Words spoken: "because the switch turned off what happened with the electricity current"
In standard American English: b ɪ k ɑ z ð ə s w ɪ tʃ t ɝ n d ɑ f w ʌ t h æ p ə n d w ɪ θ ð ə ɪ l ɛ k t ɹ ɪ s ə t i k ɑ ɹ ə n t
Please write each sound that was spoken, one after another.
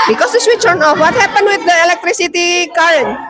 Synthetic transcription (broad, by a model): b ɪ k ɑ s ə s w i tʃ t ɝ n ɑ f w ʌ t h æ p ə n w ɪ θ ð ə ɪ l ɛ k t ɹ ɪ s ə t i k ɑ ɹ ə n